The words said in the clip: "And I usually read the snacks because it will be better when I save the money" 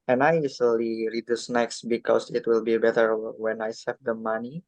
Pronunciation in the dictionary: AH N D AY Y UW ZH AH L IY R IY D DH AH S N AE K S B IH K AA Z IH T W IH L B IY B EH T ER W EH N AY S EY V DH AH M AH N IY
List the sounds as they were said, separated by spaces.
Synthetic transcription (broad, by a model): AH N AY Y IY Z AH L IY R IY D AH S N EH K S B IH K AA S IH T W IH L B IY B EH T ER W EH N AY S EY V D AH M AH N IY